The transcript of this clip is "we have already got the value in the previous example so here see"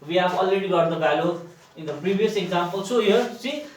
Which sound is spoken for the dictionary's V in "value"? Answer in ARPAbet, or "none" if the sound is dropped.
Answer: B